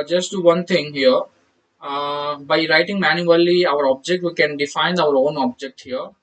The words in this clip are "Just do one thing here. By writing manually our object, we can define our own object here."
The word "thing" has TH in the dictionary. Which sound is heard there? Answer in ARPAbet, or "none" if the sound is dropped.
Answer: T